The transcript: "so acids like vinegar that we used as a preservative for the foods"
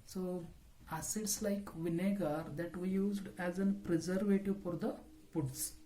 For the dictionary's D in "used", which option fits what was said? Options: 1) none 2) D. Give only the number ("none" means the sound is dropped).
2